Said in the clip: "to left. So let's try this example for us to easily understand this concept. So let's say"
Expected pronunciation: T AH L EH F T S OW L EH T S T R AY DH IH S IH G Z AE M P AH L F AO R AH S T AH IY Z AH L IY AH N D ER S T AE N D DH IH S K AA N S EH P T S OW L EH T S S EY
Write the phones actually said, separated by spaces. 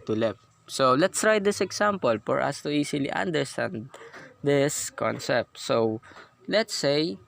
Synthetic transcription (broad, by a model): T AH L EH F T S OW L EH T S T R AY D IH S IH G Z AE M P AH L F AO R AH S T AH IY S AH L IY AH N D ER S T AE N D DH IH S K AA N S EH P T S OW L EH T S S EY